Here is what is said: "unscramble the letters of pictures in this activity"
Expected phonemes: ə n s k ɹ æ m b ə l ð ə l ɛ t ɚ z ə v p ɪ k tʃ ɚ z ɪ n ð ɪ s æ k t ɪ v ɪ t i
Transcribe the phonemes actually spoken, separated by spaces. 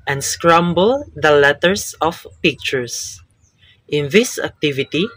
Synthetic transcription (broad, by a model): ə n s k ɹ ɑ m b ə l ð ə l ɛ t ɚ s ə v p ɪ k tʃ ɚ s ɪ n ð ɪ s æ k t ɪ v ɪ t i